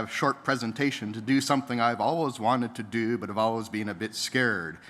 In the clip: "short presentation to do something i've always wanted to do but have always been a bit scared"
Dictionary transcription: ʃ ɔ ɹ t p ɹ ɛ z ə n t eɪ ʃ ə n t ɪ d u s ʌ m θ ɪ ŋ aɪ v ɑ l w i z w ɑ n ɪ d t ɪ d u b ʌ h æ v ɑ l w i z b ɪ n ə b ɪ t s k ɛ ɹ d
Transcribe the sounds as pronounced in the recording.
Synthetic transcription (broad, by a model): ʃ ɔ ɹ t p ɹ ɛ z ə n t eɪ ʃ ə n t ɪ d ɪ s ʌ m θ ɪ ŋ aɪ v ɑ l w i z w ɑ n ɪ d t ɪ d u b ʌ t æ v ɑ l w i z b ɪ n ə b ɪ t s k ɛ ɹ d